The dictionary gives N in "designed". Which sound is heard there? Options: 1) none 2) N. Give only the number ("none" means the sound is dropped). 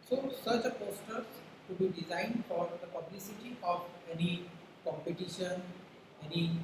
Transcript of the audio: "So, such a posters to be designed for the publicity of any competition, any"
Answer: 2